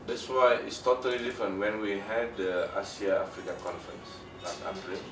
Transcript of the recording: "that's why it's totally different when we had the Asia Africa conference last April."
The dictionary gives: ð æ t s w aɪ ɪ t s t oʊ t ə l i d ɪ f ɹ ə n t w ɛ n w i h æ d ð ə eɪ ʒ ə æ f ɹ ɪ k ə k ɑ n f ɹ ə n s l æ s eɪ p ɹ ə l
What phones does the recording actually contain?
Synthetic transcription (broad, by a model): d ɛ t s w aɪ ɪ t s t oʊ t ə l i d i f ɹ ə n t w ɛ n w i h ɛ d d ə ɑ s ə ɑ f ɹ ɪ k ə k ɑ n f ɹ ə n s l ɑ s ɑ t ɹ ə